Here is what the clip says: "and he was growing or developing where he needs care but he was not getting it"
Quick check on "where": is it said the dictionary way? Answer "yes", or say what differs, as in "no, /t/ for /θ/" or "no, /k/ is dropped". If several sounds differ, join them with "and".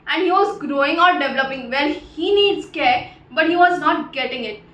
no, /l/ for /ɹ/